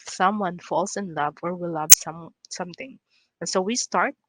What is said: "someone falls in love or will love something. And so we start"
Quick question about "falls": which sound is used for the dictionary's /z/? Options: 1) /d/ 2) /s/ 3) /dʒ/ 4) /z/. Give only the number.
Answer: 2